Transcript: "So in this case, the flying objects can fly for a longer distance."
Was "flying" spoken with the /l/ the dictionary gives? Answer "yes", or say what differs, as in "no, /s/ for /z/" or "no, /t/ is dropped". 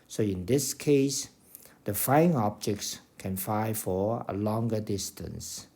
no, /l/ is dropped